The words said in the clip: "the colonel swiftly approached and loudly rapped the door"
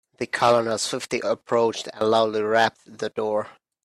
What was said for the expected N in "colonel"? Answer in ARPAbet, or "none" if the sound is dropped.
L